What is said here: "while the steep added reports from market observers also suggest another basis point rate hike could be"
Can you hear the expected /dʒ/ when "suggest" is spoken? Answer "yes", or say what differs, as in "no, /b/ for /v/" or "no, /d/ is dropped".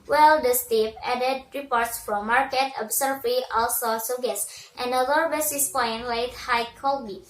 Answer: no, /dʒ/ is dropped